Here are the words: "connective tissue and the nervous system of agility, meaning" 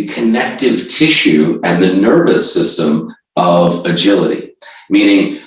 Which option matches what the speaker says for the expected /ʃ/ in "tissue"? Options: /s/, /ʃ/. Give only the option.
/ʃ/